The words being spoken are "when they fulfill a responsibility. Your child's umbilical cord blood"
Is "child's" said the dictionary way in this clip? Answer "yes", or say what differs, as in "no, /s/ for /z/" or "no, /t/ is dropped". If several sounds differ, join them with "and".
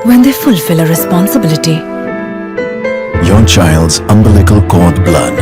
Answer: yes